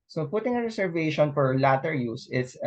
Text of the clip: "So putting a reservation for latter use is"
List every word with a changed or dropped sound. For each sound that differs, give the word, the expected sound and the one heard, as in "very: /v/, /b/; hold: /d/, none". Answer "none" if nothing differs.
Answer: reservation: /z/, /s/